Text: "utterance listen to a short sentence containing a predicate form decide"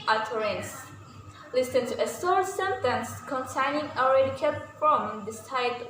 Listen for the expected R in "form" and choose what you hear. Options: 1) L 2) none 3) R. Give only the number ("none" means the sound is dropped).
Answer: 1